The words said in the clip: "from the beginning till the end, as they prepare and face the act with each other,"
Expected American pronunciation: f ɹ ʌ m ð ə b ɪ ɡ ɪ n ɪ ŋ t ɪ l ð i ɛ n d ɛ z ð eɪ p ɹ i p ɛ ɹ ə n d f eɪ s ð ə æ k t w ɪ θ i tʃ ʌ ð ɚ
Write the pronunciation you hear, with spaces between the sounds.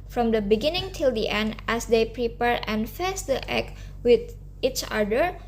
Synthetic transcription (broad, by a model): f ɹ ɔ m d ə b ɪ ɡ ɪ n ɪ ŋ t ɪ l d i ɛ n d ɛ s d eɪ p ɹ i p ɛ ɹ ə n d f eɪ s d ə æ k w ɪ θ i tʃ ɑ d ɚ